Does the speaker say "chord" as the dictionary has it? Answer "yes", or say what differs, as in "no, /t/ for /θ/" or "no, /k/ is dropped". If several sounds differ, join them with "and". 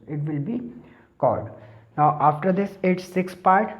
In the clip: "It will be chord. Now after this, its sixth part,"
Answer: no, /l/ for /ɹ/